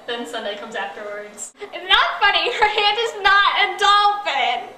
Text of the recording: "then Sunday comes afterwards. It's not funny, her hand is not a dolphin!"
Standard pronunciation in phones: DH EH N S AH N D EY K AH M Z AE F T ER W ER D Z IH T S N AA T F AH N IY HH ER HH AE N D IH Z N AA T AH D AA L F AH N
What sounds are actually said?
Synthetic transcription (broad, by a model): DH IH N S AH N D EY K AH M Z AE F T ER W ER D Z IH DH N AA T F AH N IY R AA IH D IH Z N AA T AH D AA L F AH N